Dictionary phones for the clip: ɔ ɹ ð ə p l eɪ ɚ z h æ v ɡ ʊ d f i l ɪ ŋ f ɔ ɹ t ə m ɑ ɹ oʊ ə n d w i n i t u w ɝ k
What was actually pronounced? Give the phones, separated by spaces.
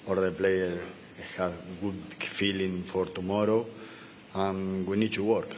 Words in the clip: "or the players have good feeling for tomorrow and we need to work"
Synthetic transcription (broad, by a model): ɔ ɹ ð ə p l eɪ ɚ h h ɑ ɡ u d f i l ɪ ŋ f ɔ ɹ t ə m ɑ ɹ oʊ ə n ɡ w i n i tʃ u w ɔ k